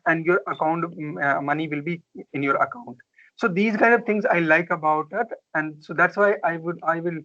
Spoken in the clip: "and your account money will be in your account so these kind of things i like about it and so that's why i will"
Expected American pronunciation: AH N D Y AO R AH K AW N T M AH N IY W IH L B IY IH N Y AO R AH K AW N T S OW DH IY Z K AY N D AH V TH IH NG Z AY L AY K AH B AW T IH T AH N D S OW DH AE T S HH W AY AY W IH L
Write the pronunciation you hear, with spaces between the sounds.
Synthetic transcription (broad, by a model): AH N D Y AO R AH K AW N T M AH N IY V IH L B IY IH N Y AO R AH K AW N T S OW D IY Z K AY N D AH V T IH NG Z AY L AY K AH B AW T IH T AH N D S OW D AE T S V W AY AY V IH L